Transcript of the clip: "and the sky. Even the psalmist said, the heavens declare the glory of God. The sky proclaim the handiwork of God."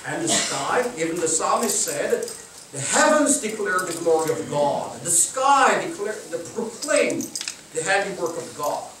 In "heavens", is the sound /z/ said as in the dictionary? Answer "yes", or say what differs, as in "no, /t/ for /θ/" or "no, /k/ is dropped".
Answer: yes